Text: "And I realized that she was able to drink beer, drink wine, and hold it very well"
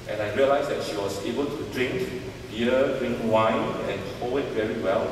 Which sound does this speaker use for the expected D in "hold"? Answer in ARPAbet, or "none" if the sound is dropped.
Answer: none